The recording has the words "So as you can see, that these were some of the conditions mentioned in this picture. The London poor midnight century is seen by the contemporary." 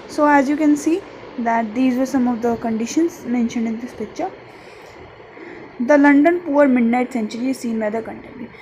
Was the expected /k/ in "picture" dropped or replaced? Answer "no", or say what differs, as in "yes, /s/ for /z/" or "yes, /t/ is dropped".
yes, /k/ is dropped